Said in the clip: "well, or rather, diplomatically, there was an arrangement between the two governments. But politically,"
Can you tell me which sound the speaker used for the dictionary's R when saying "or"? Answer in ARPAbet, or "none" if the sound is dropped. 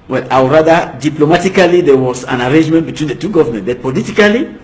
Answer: W